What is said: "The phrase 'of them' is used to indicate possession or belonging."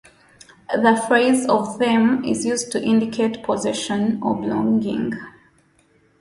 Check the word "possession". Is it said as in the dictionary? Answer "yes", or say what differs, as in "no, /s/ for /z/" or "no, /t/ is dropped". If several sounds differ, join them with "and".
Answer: yes